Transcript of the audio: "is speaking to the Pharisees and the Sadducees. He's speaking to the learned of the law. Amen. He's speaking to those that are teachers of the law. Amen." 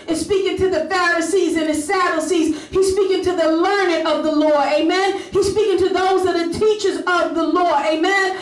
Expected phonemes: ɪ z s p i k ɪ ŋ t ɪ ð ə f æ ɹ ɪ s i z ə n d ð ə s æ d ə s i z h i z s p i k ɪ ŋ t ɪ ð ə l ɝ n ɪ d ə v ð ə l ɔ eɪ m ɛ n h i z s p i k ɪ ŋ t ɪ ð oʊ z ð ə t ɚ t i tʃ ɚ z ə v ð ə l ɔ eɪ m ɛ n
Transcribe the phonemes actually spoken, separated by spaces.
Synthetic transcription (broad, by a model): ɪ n s p i k ɪ ŋ t ɪ ð ə f æ ɹ ɪ s i z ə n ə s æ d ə s i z h i z s p i k ɪ ŋ t ɪ ð ə l ɝ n ɪ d ə v ð ə l ɔ eɪ m ɛ n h i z s p i k ɪ ŋ t ɪ ð oʊ z ð ə t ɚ t i tʃ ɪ z ə v ð ə l ɔ eɪ m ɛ n